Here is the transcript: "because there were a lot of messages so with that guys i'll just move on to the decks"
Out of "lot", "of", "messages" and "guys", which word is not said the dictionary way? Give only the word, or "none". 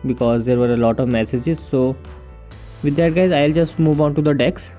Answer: none